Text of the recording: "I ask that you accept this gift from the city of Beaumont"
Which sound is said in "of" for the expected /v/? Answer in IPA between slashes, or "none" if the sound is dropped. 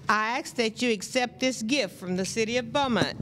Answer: /v/